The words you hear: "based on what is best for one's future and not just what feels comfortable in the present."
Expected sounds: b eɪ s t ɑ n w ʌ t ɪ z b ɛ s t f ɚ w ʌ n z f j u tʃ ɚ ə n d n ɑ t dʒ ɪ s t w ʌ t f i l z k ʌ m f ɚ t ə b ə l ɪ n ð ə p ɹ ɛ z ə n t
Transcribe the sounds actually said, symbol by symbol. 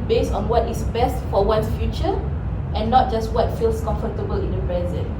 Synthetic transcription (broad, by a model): b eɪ s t ɑ n w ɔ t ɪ s b ɛ s t f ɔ w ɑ n f j u tʃ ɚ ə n n ɑ t dʒ ɪ s t w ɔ t f i l s k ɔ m f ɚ t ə b ə l ɪ n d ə p ɹ ɛ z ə n